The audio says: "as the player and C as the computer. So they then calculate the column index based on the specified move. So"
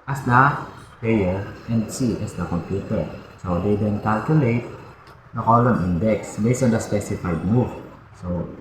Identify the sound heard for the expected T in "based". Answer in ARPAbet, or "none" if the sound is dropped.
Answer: none